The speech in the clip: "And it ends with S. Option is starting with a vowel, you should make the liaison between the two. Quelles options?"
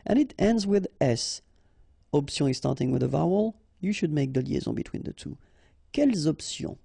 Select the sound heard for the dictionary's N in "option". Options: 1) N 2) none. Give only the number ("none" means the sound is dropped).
2